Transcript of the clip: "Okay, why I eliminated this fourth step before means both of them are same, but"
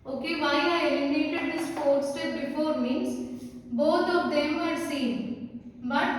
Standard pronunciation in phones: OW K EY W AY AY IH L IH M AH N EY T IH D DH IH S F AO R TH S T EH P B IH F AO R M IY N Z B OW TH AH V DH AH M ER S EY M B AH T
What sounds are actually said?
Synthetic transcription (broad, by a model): OW K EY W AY AY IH IH AH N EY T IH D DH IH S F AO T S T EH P B IH F AO R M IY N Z B OW T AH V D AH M ER S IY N B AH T